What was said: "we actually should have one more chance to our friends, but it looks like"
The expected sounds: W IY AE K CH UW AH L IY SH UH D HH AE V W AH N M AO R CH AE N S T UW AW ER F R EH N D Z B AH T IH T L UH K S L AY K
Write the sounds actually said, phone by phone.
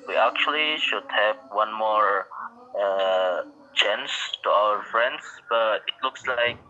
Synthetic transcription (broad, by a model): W IY AE K CH UW AH L IY SH UH D HH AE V W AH N M AO R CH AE N S T UW AW ER F R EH N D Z B AH T IH T L UH K S L AY K